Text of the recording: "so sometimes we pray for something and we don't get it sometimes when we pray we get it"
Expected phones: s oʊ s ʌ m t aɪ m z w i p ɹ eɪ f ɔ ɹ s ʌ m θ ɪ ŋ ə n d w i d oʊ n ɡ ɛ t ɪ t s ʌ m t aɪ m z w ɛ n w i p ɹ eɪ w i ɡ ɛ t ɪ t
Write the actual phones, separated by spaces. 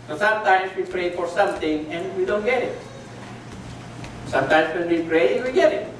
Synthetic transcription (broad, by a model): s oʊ s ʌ m t aɪ m s w i p ɹ eɪ f ɔ ɹ s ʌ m t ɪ ŋ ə n w i d oʊ n ɡ ɛ t ɪ t s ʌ m t aɪ m s w ɛ n w i p ɹ eɪ w i ɡ ɛ t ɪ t